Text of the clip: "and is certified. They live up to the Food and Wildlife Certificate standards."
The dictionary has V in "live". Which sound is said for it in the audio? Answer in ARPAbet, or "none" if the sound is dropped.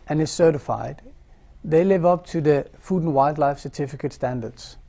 V